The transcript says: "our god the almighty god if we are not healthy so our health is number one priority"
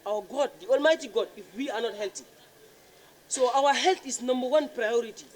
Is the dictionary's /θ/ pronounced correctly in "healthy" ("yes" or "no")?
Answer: no